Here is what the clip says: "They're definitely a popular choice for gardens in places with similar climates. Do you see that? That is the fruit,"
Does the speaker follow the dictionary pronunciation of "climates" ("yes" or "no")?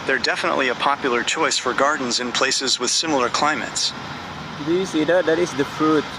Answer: yes